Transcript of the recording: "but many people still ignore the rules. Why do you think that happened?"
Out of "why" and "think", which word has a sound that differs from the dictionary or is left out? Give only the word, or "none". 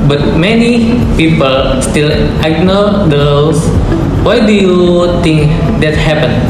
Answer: think